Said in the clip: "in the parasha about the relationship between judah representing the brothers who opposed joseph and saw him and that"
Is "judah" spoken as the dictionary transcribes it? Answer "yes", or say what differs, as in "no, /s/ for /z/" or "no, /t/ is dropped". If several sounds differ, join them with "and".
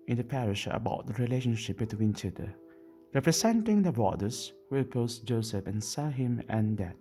no, /tʃ/ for /dʒ/